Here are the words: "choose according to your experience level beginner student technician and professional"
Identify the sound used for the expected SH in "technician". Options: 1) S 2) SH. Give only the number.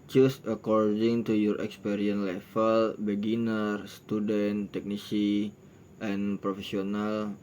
1